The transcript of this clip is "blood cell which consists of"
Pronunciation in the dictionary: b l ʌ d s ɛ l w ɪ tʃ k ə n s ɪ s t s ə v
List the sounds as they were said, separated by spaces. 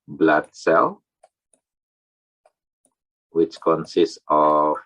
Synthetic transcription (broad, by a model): b l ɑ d s ɛ l w ɪ tʃ k ə n s ɪ s t s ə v